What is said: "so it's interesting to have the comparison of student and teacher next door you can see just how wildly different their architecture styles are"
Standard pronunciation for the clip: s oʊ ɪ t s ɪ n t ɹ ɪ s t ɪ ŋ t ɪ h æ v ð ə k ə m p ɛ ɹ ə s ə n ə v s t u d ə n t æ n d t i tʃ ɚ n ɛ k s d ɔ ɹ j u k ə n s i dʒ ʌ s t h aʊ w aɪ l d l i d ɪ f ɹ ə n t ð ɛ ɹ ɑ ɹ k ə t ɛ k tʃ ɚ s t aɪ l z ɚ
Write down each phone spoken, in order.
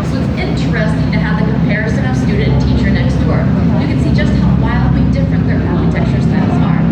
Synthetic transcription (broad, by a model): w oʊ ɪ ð ɪ n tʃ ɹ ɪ s t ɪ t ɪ h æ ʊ ð ə k ə m p ɛ ɹ ə s ə n ə v s t u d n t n t i tʃ ɚ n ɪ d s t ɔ ɹ j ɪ k ə n s i dʒ ʌ s t h aʊ w aɪ l d l i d ɪ f ɹ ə n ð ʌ ɹ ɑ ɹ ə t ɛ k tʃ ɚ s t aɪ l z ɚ